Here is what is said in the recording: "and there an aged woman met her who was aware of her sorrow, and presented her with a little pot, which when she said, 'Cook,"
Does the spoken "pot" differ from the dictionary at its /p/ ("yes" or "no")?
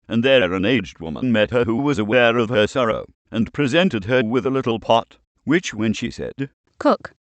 no